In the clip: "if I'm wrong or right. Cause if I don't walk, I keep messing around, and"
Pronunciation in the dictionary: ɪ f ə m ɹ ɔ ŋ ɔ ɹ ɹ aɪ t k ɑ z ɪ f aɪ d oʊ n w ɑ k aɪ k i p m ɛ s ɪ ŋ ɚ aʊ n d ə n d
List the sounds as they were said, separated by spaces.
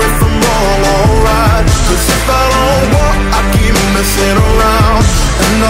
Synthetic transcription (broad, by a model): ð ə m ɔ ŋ ɔ l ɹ aɪ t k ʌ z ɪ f aɪ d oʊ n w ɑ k aɪ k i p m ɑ s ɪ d ɚ aʊ n d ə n